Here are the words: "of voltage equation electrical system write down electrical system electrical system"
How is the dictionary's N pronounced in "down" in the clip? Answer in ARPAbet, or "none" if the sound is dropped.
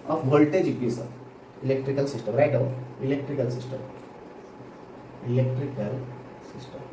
none